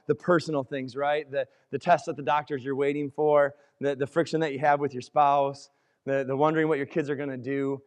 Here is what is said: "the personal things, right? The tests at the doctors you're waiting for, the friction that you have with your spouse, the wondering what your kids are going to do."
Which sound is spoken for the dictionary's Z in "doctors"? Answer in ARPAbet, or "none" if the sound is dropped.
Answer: Z